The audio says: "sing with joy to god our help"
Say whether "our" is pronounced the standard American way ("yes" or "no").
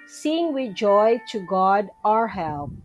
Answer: yes